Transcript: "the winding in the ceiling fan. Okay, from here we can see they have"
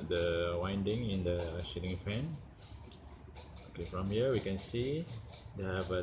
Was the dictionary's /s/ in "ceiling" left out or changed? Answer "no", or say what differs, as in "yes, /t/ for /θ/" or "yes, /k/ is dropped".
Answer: yes, /ʃ/ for /s/